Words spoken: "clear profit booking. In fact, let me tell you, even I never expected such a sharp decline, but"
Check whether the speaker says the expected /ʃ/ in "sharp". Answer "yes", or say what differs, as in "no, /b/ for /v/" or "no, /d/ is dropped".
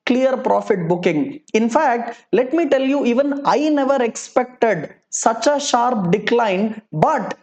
yes